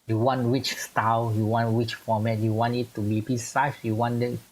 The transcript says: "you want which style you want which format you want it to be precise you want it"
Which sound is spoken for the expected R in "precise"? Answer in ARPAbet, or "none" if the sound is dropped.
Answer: none